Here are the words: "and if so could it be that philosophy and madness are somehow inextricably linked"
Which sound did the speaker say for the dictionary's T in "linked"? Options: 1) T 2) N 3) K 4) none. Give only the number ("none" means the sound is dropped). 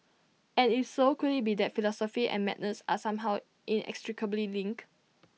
4